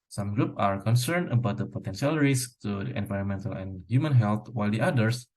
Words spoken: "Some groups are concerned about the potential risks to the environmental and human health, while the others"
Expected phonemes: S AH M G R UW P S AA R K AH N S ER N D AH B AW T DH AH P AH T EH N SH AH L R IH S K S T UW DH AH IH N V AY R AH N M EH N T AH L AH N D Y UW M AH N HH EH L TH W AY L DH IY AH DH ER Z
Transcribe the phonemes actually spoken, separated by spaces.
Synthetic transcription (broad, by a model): S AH M G R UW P AA R K AH N S ER N D AH B AW T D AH P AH T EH N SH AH L R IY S S T UW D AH IH N V AY R AH N M EH N T AH L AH N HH Y UW M AH N HH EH L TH W AY L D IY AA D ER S